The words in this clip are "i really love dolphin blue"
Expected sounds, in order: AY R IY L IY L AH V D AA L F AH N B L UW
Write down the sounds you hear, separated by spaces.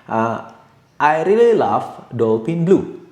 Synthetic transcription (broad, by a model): AY R IY L IY L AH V D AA L P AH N B L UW